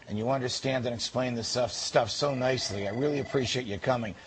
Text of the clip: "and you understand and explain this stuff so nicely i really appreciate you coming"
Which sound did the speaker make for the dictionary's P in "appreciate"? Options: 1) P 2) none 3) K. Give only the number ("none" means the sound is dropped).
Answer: 1